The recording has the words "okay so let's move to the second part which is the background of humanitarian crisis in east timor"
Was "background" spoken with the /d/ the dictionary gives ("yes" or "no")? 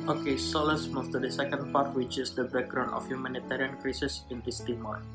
no